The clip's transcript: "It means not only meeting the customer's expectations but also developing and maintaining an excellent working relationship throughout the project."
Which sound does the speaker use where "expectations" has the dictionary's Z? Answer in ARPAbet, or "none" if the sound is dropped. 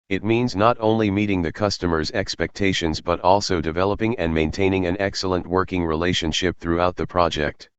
Z